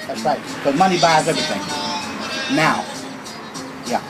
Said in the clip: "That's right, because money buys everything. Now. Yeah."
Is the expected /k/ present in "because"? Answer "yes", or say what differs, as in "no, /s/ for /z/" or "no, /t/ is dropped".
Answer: no, /k/ is dropped